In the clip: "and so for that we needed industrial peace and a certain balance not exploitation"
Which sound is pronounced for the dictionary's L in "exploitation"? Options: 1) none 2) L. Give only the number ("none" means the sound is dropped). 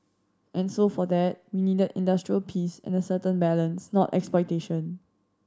1